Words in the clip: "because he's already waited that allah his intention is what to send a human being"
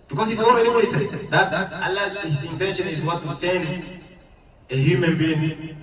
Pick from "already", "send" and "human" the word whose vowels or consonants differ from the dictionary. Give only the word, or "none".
already